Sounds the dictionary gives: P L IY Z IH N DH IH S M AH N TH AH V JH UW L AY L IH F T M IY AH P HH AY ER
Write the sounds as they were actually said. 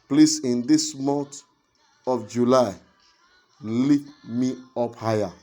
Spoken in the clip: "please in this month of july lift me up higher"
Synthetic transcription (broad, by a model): P L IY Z IH N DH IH S M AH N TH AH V JH UW L AY L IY T M IY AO P HH AY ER